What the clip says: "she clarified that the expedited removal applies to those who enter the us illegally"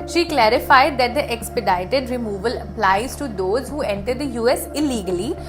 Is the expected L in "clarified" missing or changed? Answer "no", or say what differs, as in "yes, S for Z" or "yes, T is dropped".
no